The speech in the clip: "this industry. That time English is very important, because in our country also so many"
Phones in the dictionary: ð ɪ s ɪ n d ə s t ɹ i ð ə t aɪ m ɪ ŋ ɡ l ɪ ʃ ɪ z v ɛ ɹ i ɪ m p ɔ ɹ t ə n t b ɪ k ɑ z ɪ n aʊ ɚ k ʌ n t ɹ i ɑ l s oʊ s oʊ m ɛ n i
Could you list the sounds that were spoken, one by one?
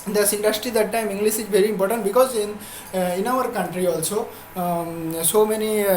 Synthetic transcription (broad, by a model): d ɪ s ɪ n d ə s t ɹ i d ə t aɪ m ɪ ŋ ɡ l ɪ s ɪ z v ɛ ɹ i ɪ m p ɔ ɹ t ə n t b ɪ k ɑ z ɪ n aʊ ɚ k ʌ n t ɹ i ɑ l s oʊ s oʊ m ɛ n i